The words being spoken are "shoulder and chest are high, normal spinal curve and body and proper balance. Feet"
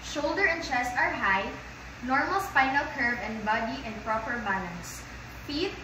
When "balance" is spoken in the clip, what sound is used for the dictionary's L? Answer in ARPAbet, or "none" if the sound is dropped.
N